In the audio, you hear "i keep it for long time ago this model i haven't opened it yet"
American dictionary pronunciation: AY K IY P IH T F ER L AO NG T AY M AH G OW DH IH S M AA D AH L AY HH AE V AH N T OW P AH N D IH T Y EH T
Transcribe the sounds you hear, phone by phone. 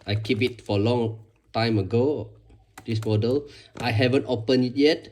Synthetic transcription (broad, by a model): AY K IY P IH T F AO L AO NG T AY M AH G OW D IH S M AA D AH L AY HH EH V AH N T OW P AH N IH T Y EH T